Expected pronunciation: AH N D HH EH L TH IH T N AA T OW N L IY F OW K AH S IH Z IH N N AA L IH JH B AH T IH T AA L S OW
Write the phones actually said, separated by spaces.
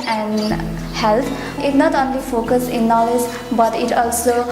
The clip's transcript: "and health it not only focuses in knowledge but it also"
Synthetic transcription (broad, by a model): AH N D HH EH L T IH T N AA T OW N L IY F OW K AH S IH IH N N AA L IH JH B AH T IH T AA L S OW